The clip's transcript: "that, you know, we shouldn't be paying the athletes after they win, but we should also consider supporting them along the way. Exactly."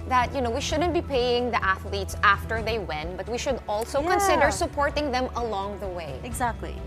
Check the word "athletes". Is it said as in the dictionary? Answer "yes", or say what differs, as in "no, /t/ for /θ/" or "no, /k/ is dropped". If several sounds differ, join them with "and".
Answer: yes